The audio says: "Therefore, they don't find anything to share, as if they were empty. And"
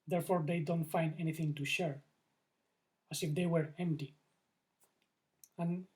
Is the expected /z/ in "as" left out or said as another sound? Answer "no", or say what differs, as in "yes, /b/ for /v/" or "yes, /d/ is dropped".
yes, /s/ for /z/